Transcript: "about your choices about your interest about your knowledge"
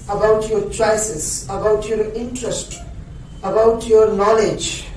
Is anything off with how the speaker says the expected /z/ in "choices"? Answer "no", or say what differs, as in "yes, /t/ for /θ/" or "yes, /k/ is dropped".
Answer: yes, /s/ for /z/